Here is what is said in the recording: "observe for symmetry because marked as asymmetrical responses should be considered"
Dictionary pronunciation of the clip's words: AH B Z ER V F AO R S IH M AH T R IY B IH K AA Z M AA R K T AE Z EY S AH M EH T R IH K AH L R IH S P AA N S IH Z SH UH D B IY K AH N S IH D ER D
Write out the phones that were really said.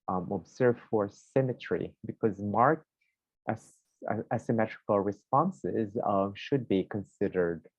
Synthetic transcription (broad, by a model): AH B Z ER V F AO R S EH M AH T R IY B IH K AA Z M AA R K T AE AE S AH M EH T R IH K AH L R IH S P AA N S IH Z SH UH D B IY K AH N S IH D ER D